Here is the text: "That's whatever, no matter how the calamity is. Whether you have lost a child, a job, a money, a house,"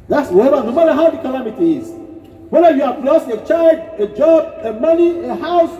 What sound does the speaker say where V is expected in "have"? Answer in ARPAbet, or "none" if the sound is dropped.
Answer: B